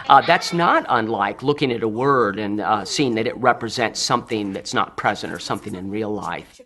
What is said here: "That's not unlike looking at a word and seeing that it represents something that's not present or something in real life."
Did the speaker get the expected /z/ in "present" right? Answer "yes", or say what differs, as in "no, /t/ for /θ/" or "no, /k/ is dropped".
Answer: yes